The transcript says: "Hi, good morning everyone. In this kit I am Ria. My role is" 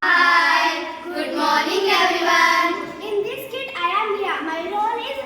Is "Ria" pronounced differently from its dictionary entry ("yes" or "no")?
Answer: yes